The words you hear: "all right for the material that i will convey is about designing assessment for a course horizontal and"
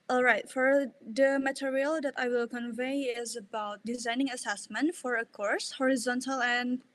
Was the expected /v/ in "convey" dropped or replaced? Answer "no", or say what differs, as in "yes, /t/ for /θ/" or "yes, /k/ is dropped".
no